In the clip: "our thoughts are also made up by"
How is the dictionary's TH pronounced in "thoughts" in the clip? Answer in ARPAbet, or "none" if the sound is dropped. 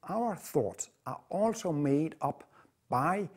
TH